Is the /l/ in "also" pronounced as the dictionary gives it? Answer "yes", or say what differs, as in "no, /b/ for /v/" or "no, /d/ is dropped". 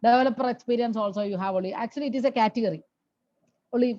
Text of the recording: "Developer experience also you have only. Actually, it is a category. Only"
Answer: yes